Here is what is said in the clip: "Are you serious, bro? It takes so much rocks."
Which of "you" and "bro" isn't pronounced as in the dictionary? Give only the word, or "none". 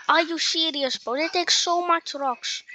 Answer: bro